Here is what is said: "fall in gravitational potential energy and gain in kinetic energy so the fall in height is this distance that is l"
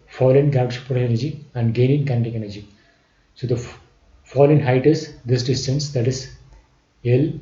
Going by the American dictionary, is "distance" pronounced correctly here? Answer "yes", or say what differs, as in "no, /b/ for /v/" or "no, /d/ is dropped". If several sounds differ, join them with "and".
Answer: yes